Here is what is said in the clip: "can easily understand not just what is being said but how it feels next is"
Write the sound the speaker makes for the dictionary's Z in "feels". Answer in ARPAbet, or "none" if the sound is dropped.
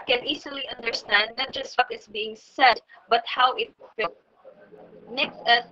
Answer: none